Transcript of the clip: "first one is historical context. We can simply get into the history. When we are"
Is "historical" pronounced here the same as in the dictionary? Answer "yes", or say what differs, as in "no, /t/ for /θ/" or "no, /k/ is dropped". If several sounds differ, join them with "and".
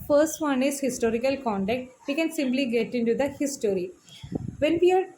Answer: yes